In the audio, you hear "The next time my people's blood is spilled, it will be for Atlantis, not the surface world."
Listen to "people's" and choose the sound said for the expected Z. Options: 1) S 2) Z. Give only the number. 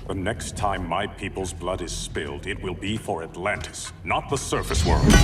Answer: 2